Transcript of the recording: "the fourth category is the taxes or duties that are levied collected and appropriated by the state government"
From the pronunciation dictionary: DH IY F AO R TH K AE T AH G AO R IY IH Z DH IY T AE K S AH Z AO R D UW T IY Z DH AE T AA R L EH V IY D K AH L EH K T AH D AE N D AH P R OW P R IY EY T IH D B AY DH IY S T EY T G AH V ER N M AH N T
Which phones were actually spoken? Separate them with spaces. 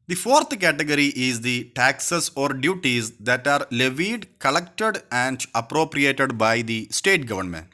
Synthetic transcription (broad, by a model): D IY F AO R T K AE T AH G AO R IY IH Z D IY T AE K S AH S AO R D UW T IY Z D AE T AA R L EH V IY D K AH L EH K T AH D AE N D AH P R OW P R IY EY T IH D B AY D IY S T EY T G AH V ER N M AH N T